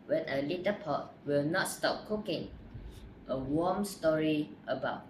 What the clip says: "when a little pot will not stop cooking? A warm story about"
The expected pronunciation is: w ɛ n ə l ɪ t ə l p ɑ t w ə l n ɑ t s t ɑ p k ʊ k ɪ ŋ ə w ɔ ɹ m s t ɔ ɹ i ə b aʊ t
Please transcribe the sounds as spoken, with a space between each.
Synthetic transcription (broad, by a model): w ɛ n ə l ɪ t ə p ɑ t w ə l n ɑ t s t ɑ p k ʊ k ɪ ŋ ə w ɔ m s t ɔ ɹ i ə b aʊ t